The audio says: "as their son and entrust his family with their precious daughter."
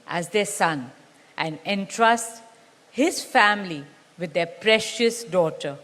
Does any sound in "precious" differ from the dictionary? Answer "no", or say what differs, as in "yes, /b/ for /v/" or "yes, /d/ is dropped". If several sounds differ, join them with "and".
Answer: no